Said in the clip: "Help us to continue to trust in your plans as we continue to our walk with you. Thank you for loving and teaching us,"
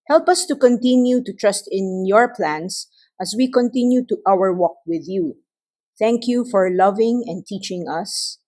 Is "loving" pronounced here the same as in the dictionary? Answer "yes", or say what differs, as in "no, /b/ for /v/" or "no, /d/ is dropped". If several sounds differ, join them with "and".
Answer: yes